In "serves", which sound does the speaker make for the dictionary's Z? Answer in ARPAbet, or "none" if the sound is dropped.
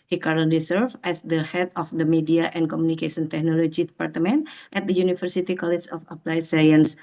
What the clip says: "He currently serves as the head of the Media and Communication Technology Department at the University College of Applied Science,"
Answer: none